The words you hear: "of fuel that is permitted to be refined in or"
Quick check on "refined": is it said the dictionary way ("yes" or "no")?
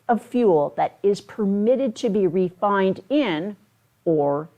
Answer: yes